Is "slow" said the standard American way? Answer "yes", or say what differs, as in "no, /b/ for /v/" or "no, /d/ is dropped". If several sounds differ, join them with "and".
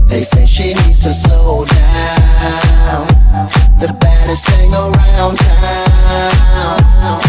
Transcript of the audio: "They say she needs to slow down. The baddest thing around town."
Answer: no, /l/ is dropped